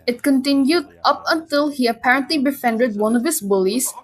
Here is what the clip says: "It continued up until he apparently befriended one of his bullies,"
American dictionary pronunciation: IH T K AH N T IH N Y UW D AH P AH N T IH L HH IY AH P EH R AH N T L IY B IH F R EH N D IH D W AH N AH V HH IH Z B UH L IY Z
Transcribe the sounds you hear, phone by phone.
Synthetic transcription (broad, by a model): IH T K AH N T IH N Y UW D AH P AH N T IH L HH IY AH P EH R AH N T L IY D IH F EH N D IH D W AH N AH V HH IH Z B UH L IY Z